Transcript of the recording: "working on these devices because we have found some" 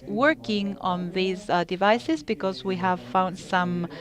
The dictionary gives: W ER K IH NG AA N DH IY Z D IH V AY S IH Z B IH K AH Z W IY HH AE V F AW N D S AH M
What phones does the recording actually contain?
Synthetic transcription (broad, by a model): W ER K IH NG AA N DH IY Z D IH V AY S IH Z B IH K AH Z W IY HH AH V F AW N D S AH M